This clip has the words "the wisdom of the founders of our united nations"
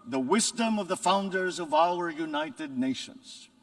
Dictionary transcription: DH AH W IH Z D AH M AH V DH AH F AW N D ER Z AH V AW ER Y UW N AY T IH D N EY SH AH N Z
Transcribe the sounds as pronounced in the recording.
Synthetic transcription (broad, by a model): DH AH W IH Z D AH M AH V DH AH F AW N D ER Z AH V AW ER Y UW N AY T IH D N EY SH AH N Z